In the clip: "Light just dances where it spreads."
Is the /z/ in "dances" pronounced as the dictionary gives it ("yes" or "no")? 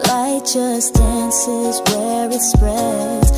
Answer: yes